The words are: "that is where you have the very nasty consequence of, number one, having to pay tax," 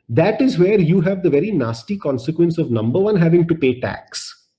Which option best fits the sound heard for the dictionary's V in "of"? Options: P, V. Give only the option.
V